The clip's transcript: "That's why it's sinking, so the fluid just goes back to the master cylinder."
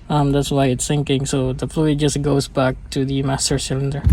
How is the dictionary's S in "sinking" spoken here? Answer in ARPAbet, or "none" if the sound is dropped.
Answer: TH